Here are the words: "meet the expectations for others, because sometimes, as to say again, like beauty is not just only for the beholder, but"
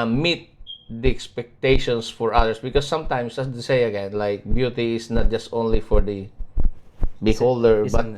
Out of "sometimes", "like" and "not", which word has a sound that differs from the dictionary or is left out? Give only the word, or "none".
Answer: sometimes